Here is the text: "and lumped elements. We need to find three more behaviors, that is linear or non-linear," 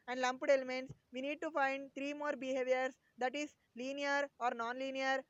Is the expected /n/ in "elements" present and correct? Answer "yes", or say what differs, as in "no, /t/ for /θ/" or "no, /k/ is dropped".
yes